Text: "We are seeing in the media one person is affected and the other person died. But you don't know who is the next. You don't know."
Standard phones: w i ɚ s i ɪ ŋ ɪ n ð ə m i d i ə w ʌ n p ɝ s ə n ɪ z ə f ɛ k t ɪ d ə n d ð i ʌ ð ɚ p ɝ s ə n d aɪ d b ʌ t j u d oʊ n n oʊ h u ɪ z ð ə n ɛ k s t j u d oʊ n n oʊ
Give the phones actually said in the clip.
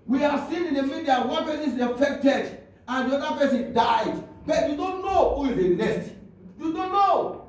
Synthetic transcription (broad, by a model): w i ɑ s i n ɪ n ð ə m i d i ə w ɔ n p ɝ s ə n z ə f ɛ k t ɪ d ə n d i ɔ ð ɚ p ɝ s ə n d aɪ d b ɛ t j u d oʊ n n oʊ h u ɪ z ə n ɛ s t j u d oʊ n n oʊ